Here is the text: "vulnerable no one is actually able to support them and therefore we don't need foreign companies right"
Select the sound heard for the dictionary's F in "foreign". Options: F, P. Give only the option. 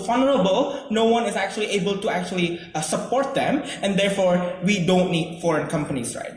F